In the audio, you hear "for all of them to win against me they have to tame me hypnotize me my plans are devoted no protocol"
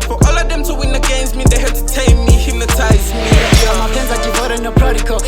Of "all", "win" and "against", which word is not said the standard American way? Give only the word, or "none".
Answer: none